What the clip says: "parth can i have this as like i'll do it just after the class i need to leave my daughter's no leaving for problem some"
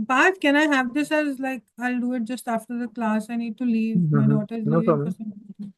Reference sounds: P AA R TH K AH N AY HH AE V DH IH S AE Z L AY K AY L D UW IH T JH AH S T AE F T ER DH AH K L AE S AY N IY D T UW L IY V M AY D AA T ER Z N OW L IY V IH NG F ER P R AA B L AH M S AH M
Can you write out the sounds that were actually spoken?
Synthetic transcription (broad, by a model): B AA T K AH N AY HH AE V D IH S AE Z L AY K AY L D UW IH T JH AH S T AE F T ER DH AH K L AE S AY N IY D T UW L IY V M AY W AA T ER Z N OW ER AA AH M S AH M